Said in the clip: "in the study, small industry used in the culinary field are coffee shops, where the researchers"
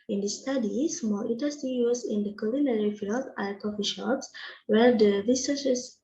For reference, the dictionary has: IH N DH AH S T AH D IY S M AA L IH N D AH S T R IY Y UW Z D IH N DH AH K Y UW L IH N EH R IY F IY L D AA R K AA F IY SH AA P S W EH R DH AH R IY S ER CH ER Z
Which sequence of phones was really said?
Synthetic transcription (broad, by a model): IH N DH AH S T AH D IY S M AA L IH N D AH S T IY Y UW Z IH N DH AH K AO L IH N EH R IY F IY L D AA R K AA F IY SH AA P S W EH R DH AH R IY S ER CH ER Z